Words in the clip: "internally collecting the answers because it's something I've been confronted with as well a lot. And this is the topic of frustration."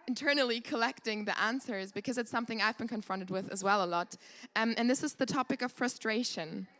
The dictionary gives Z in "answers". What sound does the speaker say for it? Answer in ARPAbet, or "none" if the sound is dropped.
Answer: Z